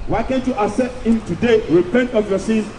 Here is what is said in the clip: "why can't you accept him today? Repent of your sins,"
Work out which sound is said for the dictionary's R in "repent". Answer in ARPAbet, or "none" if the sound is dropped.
R